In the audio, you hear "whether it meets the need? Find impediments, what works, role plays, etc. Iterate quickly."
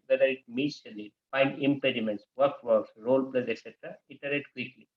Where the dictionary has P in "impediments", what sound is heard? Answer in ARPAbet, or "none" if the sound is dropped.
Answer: P